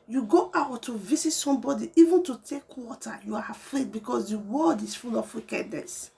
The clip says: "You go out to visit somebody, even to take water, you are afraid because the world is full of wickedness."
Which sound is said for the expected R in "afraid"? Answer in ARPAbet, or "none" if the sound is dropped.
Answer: R